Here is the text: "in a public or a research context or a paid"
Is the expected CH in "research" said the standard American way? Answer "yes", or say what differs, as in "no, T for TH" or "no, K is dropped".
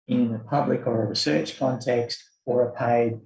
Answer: yes